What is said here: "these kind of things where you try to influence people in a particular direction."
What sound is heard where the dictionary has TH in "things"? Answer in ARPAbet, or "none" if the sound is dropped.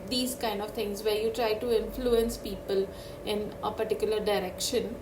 T